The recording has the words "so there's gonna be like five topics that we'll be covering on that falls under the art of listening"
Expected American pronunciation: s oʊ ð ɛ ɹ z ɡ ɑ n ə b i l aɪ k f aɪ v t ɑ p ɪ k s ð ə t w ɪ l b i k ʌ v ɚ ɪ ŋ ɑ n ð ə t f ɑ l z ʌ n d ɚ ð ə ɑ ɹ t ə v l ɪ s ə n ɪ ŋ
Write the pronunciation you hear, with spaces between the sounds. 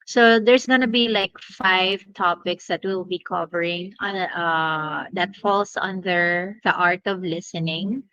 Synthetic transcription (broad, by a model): s oʊ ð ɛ ɹ s ɡ ɑ n ə b i l aɪ k f aɪ v t ɑ p ɪ k s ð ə t w ɪ l b i k ʌ v ɚ ɪ ŋ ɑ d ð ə t f ɑ l s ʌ n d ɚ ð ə ɑ ɹ t ə v l ɪ s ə n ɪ ŋ